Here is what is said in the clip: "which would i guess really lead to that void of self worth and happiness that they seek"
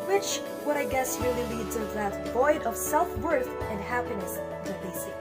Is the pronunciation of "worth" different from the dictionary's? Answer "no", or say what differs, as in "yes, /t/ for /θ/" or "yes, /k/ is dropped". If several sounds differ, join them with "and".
no